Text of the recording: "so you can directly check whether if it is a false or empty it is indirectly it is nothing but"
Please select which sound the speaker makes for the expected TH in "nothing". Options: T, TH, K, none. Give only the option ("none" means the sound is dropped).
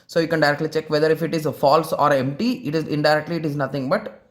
T